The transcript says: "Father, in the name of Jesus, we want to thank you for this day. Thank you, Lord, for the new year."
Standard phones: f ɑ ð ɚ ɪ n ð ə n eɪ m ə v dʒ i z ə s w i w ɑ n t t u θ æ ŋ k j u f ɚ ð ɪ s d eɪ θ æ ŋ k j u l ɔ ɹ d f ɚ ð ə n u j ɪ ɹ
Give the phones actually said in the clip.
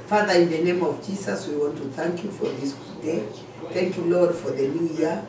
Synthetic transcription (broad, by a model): f ɑ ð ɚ ɪ n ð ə n eɪ m ə v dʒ i s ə s w i w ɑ n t t u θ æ ŋ k j u f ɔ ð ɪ s d eɪ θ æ ŋ k j u l ɔ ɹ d f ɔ ð ə n u j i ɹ